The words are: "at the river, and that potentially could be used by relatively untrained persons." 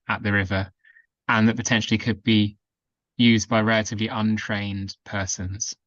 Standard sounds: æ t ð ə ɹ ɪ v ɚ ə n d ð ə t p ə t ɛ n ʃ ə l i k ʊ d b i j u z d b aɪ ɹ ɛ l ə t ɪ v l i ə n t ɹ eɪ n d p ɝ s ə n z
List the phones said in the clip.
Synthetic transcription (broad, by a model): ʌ t ð ə ɹ ɪ v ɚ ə n ð ə t p ə t ɛ n ʃ ə l i k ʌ d b i j u z d b aɪ ɹ ɛ l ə t ɪ v l i ə n t ɹ eɪ n d p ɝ s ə n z